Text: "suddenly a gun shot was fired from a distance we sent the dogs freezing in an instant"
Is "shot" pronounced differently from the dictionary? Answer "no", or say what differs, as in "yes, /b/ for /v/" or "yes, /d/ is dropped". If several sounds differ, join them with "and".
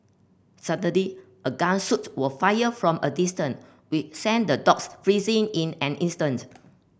yes, /s/ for /ʃ/